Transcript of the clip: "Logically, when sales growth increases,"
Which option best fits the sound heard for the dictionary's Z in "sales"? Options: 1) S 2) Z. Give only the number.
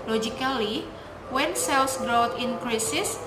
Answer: 1